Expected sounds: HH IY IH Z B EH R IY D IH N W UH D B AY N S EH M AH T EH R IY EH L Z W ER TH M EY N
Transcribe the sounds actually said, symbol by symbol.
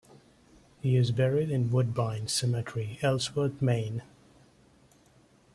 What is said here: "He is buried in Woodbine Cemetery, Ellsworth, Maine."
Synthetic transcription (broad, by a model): HH IY IH Z B EH R IY D IH N W UH D B AY N S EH M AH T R IY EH L S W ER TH M EY N